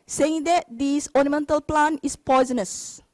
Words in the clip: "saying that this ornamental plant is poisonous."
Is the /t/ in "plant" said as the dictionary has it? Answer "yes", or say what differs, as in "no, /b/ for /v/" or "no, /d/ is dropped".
no, /t/ is dropped